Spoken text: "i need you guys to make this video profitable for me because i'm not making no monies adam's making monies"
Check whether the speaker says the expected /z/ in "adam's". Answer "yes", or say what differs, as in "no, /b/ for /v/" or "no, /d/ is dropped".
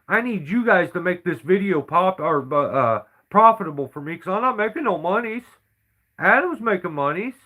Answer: yes